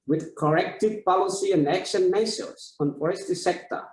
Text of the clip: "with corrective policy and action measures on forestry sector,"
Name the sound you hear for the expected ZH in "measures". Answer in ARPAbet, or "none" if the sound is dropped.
S